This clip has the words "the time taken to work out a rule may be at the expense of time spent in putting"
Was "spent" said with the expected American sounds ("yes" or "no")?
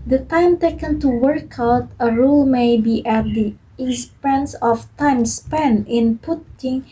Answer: no